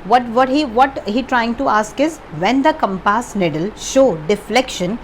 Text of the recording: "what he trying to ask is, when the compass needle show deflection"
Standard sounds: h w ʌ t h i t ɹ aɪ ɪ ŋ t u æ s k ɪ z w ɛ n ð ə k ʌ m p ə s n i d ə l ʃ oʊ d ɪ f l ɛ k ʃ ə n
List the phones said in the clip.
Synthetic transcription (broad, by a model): h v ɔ t h i t ɹ aɪ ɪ ŋ t u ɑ s k ɪ z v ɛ n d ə k ʌ m p ə s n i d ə l ʃ oʊ d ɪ f l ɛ k ʃ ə n